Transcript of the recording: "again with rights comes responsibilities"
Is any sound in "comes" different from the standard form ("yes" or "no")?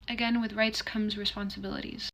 no